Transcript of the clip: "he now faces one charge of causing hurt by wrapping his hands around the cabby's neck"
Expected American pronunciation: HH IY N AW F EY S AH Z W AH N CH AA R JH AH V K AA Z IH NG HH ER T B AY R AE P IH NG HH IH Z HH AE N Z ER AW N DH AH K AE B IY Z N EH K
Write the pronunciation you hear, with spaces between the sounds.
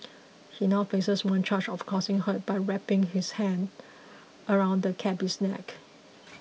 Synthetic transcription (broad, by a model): HH IY N AW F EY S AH S W AH N CH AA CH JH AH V K AA S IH NG HH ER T B AY R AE P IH NG HH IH S HH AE N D ER AW N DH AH K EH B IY S N EH K